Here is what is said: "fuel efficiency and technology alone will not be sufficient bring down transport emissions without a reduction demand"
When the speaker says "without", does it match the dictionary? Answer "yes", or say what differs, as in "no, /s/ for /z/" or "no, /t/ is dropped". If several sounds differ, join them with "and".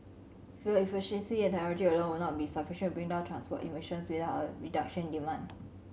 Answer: no, /t/ is dropped